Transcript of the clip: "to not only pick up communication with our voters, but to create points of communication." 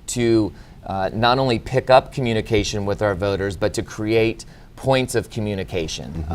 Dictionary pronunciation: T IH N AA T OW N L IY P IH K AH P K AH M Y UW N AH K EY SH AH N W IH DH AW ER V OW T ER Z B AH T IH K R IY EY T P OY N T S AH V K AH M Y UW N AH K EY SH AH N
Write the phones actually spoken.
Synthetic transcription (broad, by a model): T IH N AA T OW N L IY P IH K AH P K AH M Y UW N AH K EY SH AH N W IH DH AW ER V OW T ER Z B AH T IH K R IY EY T P OY N T S AH V K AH M Y UW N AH K EY SH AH N